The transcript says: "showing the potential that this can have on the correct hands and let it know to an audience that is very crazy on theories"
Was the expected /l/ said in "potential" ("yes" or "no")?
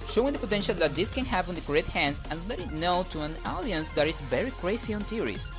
yes